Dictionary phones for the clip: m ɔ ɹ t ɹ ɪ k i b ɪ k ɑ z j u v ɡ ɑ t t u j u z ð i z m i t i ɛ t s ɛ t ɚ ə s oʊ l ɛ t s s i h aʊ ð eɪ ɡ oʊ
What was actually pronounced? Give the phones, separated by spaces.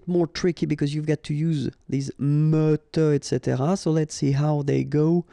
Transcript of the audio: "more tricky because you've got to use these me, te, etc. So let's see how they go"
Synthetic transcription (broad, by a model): m ɔ ɹ t ɹ ɪ k i b ɪ k ɑ z j u v ɡ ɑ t t u j u z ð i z m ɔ t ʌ ɛ t s ɛ t ɚ ə s oʊ l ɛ t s s i h aʊ ð eɪ ɡ oʊ